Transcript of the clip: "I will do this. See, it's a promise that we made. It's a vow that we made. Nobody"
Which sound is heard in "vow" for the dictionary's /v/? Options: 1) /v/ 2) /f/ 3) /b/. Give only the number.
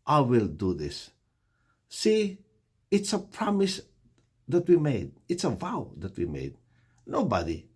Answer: 1